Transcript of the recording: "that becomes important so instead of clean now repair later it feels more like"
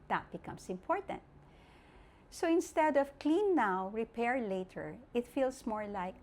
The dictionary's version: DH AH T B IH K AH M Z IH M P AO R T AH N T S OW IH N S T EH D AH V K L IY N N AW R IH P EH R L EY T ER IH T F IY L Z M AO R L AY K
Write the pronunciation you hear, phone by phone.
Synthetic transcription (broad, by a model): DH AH T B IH K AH M S IH M P AO R T AH N T S OW IH N S T EH D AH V K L IY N N AW R IH P EH R L EY T ER IH T F IY L S M AO R L AY K